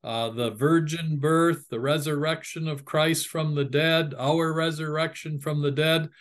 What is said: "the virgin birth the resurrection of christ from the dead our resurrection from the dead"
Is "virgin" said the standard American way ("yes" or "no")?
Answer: yes